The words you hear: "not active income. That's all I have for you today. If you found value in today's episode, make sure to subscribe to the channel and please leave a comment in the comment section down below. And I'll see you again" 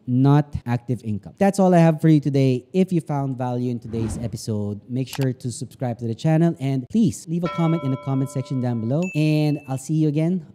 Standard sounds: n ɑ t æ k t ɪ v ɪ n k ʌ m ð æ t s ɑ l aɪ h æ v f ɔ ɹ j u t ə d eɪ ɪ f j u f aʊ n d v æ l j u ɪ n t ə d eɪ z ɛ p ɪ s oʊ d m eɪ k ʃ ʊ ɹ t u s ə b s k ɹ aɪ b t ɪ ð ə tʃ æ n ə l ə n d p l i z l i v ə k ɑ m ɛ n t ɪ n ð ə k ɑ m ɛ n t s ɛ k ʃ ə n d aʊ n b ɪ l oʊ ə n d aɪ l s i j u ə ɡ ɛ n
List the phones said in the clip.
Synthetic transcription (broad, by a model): n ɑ t æ k t ɪ v ɪ n k ʌ m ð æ t s ɑ l aɪ h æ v f ɔ ɹ j u t ə d eɪ ɪ f j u f aʊ n d v æ l j u ɪ n t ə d eɪ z ɛ p ɪ s oʊ d m eɪ k ʃ ʊ ɹ t u s ə b s k ɹ aɪ b t ɪ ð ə tʃ æ n ə l ə n d p l i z l i v ə k ɑ m ɛ n t ɪ n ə k ɑ m ɛ n t s ɛ k ʃ ə n d aʊ n b ɪ l oʊ ə n d aɪ l s i j u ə ɡ ɛ n